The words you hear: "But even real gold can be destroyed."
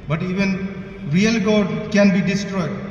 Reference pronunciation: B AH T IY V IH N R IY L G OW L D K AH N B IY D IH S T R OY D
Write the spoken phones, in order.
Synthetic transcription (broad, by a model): B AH T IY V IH N R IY L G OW D K AH N B IY D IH S T R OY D